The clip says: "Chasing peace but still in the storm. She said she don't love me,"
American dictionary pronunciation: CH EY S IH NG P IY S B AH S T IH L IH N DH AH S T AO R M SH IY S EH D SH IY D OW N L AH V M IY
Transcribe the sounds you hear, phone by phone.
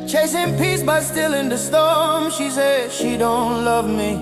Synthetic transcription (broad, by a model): CH EY S IH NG P IY S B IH S T IH L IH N DH AH S T AO R M SH IY S EH D SH IY D OW N L AH V M IY